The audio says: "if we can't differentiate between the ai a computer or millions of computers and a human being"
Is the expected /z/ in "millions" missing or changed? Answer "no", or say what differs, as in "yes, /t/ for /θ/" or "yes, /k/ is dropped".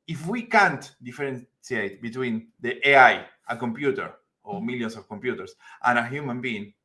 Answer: yes, /s/ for /z/